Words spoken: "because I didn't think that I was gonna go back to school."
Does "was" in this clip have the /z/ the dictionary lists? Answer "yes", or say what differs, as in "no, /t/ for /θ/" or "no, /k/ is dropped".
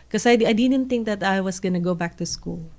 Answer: no, /s/ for /z/